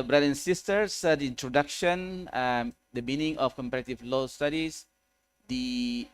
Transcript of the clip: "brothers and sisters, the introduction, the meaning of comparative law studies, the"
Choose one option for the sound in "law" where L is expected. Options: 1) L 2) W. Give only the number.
1